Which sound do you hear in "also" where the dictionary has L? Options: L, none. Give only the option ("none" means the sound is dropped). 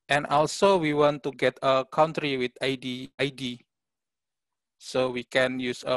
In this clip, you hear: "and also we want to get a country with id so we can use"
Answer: L